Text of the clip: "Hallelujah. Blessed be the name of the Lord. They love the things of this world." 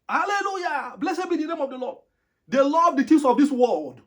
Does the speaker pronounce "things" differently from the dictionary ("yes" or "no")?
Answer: yes